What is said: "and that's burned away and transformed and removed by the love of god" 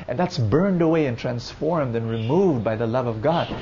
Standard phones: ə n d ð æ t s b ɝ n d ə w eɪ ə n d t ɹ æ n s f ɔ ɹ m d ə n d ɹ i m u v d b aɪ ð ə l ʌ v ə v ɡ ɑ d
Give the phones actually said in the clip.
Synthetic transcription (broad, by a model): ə n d ð æ t s b ɝ n d ə w eɪ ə n t ɹ æ n s f ɔ ɹ m d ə n ɹ i m u v d b aɪ ð ə l ʌ v ə v ɡ ɑ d